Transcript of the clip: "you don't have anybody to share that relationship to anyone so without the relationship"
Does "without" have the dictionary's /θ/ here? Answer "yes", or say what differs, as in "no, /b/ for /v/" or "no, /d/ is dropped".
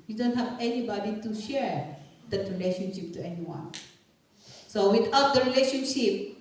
no, /t/ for /θ/